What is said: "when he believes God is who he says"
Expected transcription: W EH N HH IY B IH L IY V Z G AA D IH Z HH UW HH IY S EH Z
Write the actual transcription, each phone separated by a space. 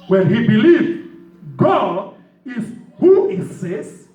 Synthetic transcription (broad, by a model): W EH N HH IY B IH L IY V G AA D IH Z HH UW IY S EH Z